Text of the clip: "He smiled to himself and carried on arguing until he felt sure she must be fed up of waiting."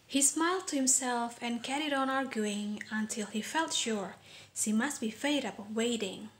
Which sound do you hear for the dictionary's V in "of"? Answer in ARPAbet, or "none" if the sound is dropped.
B